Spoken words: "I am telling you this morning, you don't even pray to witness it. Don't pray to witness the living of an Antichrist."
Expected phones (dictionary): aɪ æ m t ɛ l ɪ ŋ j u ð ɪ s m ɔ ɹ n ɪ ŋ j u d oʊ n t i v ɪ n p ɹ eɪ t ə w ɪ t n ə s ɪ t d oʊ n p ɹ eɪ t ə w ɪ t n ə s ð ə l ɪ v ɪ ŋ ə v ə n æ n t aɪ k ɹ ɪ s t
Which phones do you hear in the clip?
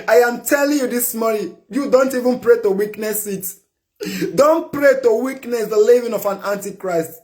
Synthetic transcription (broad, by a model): aɪ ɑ m t ɛ l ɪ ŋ j u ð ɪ s m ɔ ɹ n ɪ j u d oʊ n t i v ɪ n p ɹ eɪ t ə w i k n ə s ɪ t d oʊ n p ɹ eɪ t ə w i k n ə s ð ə l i v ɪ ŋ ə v ə n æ n t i k ɹ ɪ s t